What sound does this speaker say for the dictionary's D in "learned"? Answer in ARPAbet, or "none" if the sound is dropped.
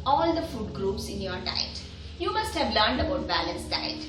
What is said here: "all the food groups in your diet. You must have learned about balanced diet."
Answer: D